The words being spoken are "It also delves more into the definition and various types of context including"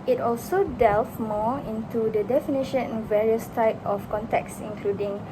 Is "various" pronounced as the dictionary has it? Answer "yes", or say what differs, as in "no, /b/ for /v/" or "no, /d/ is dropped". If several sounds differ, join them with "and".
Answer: yes